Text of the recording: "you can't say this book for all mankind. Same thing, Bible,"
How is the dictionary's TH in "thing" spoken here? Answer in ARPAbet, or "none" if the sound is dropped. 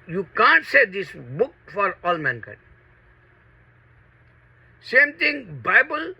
T